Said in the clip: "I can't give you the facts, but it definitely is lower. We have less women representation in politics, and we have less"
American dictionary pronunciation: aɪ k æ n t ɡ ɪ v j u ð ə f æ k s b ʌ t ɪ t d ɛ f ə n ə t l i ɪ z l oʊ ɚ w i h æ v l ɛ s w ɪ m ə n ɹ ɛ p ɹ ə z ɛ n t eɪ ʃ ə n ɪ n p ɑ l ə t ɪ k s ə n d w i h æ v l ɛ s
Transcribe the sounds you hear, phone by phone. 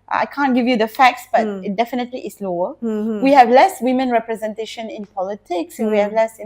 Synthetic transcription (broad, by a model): aɪ k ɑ n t ɡ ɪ v j u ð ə f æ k s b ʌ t ɪ t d ɛ f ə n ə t l i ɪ s l oʊ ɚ w i h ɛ v l ɛ s w ɪ m ə n ɹ ɛ p ɹ ə z ɛ n t eɪ ʃ ə n ɪ n p ɑ l ə t ɪ k s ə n w i h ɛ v l ɛ s